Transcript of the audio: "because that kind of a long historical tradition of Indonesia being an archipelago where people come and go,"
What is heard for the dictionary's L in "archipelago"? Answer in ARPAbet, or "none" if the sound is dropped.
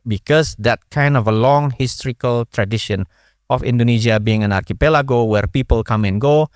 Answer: L